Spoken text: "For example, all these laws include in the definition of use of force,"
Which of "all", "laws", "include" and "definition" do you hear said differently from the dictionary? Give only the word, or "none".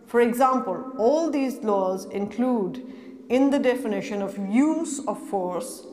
none